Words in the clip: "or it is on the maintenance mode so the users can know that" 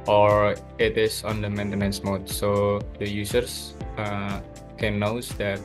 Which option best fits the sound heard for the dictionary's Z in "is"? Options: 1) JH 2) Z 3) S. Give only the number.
3